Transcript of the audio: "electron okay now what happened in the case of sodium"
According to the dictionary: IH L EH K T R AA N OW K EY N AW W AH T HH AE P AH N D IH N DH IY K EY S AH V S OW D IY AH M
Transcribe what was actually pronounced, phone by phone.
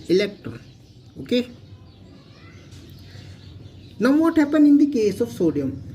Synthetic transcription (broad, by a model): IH L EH K T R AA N OW K EY N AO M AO T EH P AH N IH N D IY K EY S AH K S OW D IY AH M